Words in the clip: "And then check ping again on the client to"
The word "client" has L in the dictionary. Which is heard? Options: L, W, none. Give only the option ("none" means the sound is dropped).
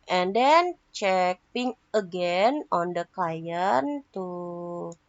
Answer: none